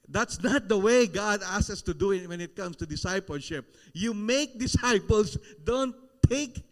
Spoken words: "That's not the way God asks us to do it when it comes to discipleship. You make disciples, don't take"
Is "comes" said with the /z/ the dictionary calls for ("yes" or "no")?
no